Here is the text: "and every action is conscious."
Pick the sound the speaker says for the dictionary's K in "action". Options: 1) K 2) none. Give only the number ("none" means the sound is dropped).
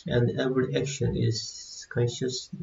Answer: 1